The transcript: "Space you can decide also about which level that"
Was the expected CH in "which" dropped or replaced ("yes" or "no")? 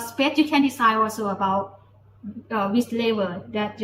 yes